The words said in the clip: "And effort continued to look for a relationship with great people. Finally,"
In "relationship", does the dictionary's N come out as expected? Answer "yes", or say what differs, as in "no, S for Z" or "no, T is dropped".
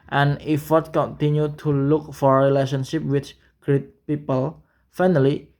yes